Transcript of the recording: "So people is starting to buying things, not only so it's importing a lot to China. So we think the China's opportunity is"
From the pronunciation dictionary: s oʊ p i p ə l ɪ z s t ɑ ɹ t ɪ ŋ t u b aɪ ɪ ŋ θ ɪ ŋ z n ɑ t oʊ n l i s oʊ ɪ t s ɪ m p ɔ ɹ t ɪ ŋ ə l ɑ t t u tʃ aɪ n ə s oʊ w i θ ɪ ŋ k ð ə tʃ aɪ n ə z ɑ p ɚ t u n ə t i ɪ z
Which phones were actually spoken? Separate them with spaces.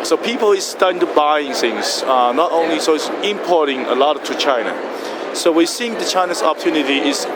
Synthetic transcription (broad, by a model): s oʊ p i p ə l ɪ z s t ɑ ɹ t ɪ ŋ t u b aɪ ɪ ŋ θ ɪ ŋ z n ɑ t oʊ n l i s oʊ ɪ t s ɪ m p ɔ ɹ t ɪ ŋ ə l ɑ t t u tʃ aɪ n ə s oʊ w i s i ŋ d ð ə tʃ aɪ n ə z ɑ p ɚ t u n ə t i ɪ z